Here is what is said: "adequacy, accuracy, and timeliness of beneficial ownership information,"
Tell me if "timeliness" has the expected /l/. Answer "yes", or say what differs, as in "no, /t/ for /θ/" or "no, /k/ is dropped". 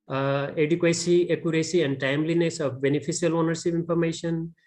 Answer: yes